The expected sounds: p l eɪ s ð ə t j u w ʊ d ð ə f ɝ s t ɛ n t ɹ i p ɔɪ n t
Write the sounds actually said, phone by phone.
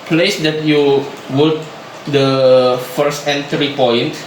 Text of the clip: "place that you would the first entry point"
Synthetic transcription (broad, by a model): p l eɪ s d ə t j u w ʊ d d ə f ɝ s t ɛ n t ɹ i p ɔɪ n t